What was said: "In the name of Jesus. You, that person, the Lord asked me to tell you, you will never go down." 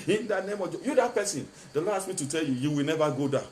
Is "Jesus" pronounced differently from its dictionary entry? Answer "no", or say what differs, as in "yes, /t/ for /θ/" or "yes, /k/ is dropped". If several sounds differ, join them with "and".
yes, /s/ is dropped